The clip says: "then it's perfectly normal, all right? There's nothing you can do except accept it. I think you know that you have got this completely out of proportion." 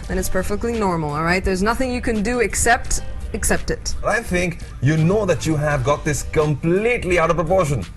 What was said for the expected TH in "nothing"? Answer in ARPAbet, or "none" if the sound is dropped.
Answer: TH